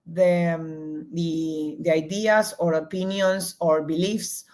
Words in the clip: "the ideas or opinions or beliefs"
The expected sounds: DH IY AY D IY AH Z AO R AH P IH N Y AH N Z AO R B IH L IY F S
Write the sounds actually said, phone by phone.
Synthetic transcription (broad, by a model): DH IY AY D IY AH S AO R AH P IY N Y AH N S AO R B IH L IY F S